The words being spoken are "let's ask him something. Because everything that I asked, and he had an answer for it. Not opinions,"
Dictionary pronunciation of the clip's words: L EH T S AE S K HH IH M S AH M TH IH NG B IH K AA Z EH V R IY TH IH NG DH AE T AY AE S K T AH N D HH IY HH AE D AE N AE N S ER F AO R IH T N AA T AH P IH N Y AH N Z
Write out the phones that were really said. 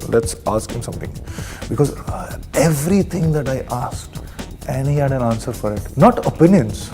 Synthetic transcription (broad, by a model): L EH T S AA S K HH IH M S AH M T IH NG B IH K AA Z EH V R IY T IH NG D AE T AY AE S K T AH N D HH IY HH AE D AE N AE N S ER F AO R IH T N AA T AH P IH N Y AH N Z